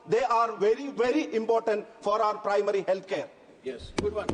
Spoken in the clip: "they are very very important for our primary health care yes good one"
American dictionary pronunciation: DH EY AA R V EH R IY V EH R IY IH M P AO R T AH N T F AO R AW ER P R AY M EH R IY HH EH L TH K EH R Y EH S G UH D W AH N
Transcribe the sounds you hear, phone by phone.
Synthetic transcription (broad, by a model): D EY AA R V EH R IY V EH R IY IH M P AO R T AH N T F AO R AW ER P R AY M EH R IY HH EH L T K EH R Y EH S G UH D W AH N